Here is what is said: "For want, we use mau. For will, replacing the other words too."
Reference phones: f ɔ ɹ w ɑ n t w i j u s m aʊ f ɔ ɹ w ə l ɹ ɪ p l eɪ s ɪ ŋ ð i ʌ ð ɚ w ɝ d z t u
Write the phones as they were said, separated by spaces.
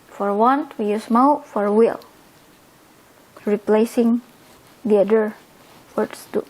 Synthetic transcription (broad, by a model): f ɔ ɹ w ɑ n t w i j u s m aʊ f ɔ ɹ w ə l ɹ ɪ p l eɪ s ɪ ŋ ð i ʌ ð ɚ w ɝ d s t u